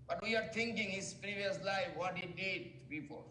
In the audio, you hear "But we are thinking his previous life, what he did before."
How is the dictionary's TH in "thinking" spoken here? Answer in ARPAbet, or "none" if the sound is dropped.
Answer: T